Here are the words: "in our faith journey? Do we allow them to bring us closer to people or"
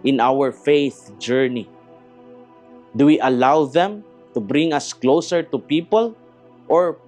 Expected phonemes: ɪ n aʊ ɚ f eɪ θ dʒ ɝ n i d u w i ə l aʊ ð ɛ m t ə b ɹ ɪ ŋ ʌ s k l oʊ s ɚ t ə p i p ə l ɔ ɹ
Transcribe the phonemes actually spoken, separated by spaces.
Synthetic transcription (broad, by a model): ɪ n aʊ ɚ f eɪ θ dʒ ɝ n i d u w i ə l aʊ ð ɛ m t ə b ɹ ɪ ŋ ʌ s k l oʊ s ɚ t ə p i p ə l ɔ ɹ